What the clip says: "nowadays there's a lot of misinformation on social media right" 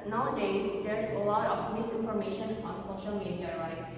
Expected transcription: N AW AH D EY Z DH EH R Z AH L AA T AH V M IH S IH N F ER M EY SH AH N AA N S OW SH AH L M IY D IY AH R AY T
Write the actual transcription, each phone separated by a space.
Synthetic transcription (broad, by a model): N AW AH D EY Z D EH R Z AH L AA T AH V M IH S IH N F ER M EY SH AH N AA N S OW SH AH L M IY D IY AH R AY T